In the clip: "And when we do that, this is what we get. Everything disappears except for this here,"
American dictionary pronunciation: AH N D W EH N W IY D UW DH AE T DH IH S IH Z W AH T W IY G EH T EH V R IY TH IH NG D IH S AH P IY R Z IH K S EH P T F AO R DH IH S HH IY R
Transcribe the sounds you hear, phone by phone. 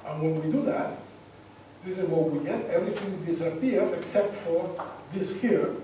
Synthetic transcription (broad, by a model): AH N W EH N W IY D UW DH AE T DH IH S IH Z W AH W IY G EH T EH V R IY TH IH NG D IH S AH P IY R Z IH K S EH P T F AO R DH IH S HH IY R